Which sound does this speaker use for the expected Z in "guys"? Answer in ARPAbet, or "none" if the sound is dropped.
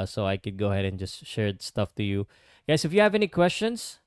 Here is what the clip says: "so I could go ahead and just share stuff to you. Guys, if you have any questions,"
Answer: S